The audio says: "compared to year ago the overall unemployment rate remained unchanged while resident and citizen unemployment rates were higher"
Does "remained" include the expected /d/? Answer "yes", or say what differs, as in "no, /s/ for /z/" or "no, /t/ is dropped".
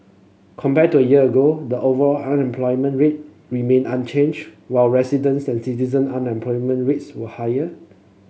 no, /d/ is dropped